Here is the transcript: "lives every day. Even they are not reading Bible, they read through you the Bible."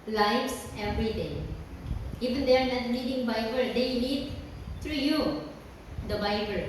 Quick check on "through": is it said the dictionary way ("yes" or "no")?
no